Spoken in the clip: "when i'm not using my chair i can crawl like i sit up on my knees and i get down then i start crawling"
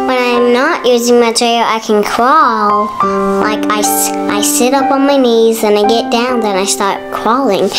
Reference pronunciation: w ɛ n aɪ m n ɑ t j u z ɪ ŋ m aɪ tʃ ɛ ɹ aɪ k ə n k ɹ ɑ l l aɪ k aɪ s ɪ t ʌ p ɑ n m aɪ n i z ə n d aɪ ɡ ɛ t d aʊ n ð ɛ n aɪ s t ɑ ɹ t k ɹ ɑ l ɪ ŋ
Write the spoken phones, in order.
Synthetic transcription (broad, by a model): w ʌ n aɪ m n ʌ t j u z ɪ ŋ m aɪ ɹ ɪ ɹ aɪ k ə n k ɹ ɑ l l aɪ k aɪ s ɪ t ʌ p n m aɪ n i z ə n aɪ ɡ ɛ t d aʊ n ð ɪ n aɪ s t ɑ ɹ t k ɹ ɑ l ɪ ŋ